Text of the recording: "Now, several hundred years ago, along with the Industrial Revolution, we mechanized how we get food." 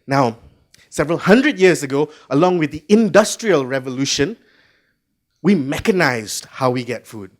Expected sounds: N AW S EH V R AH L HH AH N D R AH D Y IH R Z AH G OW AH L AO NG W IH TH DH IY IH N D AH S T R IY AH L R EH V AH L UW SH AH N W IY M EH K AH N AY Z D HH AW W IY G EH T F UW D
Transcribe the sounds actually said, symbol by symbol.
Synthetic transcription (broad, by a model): N AW S EH V R AH L HH AH N D R AH D Y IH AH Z AH G OW AH L AO NG W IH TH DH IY IH N D AH S T R IY AH L R EH V AH L UW SH AH N W IY M EH K AH N AY Z D HH AW W IY G EH T F UW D